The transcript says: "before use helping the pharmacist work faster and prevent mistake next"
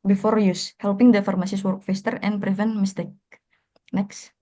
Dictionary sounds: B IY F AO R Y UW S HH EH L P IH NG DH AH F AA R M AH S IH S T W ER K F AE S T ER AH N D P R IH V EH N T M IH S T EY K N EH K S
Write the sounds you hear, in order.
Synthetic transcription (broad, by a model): B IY F AO R Y UW S HH EH L P IH NG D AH F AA R M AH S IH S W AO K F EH S T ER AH N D P R IH V EH N T M IH S T EY K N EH K S